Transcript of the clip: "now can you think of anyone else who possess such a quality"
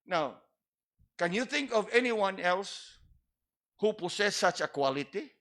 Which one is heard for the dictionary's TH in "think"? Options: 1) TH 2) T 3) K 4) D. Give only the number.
1